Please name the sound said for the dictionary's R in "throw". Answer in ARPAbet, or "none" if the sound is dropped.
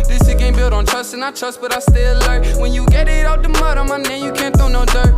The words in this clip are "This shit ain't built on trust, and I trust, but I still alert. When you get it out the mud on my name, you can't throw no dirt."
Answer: none